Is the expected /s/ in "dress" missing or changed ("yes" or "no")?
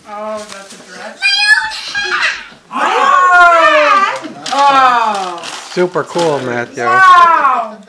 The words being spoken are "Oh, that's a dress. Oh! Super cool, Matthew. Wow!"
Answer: yes